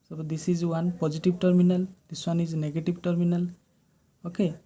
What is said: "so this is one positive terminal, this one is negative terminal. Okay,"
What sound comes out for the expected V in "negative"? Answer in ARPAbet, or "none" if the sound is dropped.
B